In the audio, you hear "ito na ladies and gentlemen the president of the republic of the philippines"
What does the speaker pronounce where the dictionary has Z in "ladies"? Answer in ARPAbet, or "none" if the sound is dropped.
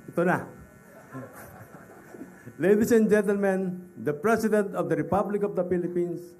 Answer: S